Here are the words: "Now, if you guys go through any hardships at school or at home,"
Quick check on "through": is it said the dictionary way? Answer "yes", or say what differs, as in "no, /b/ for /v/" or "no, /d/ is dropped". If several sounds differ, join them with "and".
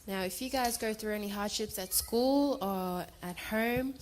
yes